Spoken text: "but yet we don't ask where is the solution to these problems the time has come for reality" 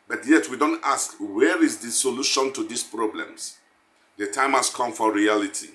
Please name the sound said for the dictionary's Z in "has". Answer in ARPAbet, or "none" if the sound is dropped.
S